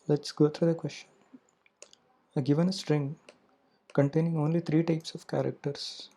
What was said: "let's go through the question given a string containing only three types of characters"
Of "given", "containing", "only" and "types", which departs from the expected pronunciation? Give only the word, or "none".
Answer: none